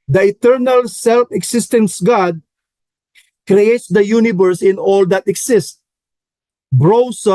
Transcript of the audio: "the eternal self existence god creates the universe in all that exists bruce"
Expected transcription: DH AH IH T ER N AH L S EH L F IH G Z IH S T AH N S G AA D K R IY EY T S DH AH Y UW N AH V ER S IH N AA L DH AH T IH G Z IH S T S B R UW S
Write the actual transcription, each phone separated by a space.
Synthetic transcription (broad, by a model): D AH IH T ER N AH L S EH L F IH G S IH S T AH N S G AA D K R IY EY T S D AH Y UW N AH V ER S IH N AA L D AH T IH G S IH S T B R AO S